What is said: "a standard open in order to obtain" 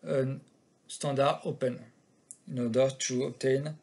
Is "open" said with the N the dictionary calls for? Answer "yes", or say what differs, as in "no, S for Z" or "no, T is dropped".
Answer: yes